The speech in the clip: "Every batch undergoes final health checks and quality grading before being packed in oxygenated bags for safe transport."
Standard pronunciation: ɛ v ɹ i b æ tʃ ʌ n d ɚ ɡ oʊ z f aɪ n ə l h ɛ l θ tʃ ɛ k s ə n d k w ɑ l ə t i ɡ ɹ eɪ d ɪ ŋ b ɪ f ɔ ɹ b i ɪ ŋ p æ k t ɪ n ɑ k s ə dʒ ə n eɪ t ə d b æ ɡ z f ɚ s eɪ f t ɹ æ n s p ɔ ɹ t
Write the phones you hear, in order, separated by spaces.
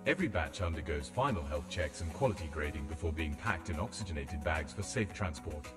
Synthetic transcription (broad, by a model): ɛ v ɹ i b æ tʃ ʌ n d ɚ ɡ oʊ z f aɪ n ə l h ɛ l θ tʃ ɛ k s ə n k w ɑ l ə t i ɡ ɹ eɪ d ɪ ŋ b ɪ f ɔ ɹ b i ɪ ŋ p æ k t ɪ n ɑ k s ə dʒ ə n eɪ t ə d b æ ɡ z f ɚ s eɪ f t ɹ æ n s p ɔ ɹ t